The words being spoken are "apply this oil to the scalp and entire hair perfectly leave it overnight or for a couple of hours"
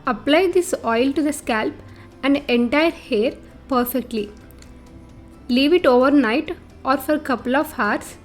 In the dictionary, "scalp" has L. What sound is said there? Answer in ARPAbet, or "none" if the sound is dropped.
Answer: L